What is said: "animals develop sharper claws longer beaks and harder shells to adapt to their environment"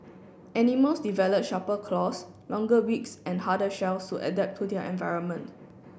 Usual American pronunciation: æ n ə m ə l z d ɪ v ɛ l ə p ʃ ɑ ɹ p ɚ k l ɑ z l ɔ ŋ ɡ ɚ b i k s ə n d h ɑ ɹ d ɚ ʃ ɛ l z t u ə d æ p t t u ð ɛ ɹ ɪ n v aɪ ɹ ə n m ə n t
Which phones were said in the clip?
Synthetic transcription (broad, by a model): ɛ n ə m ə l s d ɪ v ɛ l ə p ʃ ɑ p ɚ k l ɑ s l ɔ ŋ ɡ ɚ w i k s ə n h ɑ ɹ d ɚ ʃ ɛ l s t u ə d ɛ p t t u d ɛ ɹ ɪ n v aɪ ɹ ə n m ə n t